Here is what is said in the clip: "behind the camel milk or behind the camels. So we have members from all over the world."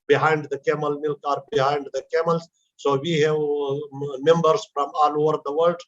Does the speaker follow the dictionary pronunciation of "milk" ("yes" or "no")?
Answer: yes